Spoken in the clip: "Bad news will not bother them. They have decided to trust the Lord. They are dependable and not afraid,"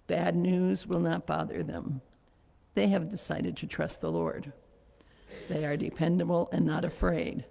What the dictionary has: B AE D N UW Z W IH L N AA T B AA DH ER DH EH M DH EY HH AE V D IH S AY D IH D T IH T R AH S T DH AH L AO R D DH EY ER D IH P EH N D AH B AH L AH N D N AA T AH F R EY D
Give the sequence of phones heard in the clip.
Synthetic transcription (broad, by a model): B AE D N UW Z W IH L N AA T B AA DH ER DH EH M DH EY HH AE V D IH S AY D IH D T IH T R AH S T DH AH L AO R D DH EY ER D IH P EH N D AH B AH L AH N N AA T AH F R EY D